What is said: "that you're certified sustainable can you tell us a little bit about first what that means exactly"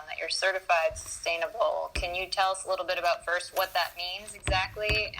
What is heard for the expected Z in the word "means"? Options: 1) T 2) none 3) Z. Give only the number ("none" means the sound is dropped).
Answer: 3